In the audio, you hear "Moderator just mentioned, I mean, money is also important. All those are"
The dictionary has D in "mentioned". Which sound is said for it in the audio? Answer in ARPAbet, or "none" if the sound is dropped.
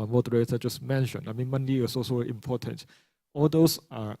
none